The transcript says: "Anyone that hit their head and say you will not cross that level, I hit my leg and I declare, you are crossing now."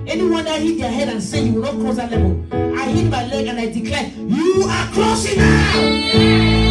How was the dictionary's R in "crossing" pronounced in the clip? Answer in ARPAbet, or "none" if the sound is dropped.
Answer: none